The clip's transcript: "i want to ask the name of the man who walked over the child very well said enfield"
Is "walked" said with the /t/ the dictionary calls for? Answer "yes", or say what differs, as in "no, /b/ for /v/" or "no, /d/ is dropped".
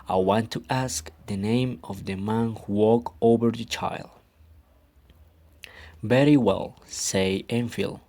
no, /t/ is dropped